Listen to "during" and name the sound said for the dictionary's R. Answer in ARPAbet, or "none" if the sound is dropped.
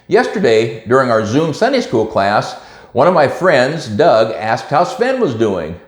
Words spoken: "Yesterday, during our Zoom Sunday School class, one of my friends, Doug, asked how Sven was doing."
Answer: R